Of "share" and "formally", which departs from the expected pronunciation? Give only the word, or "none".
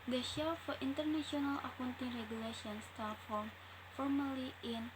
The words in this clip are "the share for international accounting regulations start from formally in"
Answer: share